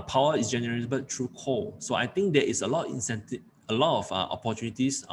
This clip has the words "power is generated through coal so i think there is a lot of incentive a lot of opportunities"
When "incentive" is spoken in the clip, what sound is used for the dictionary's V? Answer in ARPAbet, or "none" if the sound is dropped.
none